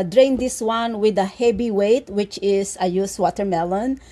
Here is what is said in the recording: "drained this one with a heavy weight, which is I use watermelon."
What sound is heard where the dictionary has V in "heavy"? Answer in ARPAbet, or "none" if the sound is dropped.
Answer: B